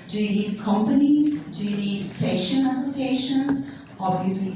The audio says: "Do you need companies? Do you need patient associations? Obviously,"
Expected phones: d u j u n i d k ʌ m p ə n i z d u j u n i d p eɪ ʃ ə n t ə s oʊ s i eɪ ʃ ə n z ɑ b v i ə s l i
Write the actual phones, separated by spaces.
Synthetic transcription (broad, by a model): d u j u n i d k ʌ m p ə n i z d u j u n i d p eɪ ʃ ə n ə s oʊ s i eɪ ʃ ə n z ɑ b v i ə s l i